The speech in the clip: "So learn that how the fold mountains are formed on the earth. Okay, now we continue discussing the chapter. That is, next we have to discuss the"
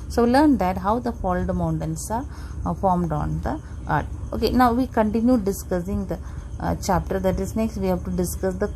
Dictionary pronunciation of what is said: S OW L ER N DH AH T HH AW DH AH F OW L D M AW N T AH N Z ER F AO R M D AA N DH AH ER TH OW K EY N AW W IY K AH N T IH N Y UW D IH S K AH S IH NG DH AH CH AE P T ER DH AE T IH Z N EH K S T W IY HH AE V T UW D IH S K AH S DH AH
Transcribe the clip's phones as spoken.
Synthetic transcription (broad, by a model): S OW L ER N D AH T HH AW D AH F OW L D M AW N T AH N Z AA F AO R M D AA N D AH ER T OW K EY N AW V IY K AH N T IH N Y UW D IH S K AH S IH NG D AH CH AE P T ER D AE T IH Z N EH K S T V IY HH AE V T UW D IH S K AH S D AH